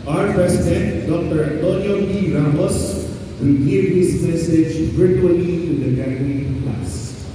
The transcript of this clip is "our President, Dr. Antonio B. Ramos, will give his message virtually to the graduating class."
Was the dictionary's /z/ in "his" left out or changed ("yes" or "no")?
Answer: yes